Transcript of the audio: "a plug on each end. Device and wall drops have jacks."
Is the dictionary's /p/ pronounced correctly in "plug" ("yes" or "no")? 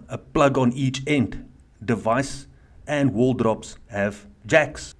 yes